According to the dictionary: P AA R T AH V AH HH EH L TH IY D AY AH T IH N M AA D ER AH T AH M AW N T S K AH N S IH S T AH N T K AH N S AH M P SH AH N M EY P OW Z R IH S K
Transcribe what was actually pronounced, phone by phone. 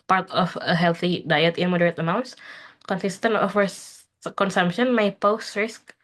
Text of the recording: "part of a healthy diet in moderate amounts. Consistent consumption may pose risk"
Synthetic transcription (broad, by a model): P AA R T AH F AH HH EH L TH IY D AY AH T IH N M AA D ER AH T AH M AW N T S K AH N S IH S T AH N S K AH N S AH M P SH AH N M EY P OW S R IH S K